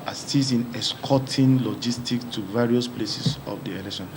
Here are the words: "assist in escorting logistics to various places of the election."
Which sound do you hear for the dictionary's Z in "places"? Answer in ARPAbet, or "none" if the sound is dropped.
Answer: S